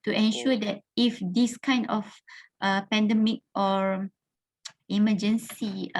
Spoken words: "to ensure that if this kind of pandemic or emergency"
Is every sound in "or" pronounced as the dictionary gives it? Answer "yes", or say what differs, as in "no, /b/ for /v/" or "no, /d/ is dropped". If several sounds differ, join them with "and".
yes